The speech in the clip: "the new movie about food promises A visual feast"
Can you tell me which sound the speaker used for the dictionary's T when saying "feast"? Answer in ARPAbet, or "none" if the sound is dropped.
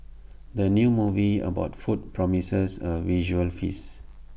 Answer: none